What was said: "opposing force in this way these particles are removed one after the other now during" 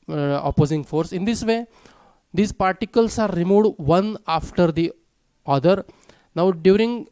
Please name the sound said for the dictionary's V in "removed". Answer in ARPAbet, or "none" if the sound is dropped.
none